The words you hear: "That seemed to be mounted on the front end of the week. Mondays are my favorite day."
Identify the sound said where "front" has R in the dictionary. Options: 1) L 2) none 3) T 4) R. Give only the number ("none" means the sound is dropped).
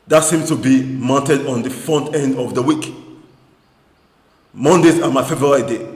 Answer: 2